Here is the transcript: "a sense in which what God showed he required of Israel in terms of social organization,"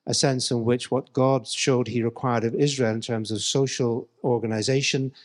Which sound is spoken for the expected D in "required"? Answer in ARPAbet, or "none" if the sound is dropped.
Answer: D